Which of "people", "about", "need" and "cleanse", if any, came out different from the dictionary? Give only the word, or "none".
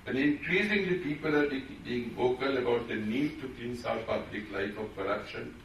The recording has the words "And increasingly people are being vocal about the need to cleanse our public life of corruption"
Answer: cleanse